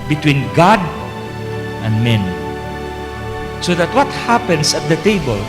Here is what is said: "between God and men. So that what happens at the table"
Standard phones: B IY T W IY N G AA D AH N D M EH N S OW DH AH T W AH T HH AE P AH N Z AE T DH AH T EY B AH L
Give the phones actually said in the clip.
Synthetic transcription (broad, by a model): B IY T W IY N G AA D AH N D M EH N S OW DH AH T W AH T HH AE P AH N S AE T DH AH T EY B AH L